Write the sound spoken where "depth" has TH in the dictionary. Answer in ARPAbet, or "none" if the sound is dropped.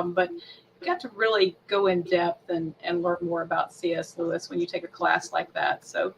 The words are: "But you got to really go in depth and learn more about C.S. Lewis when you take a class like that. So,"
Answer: TH